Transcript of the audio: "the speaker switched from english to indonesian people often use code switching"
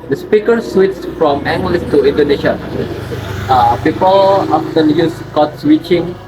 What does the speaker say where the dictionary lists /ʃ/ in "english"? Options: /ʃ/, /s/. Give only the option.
/s/